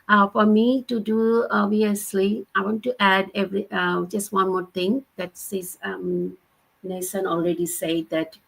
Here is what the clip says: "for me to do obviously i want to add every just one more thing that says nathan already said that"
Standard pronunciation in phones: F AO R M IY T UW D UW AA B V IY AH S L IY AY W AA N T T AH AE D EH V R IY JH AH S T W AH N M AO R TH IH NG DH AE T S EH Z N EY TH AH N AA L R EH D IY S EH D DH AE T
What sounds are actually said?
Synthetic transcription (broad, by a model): F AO R M IY T UW D UW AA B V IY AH S L IY AY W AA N T T AE D EH V R IY JH AH S T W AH N M AO R T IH NG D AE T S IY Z N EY S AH N AA L R EH D IY S EH D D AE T